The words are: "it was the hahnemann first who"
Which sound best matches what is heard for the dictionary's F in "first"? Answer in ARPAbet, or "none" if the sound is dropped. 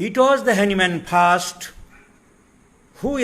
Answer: P